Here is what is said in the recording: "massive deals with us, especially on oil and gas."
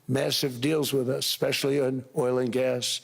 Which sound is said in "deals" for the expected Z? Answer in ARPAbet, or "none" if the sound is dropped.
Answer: Z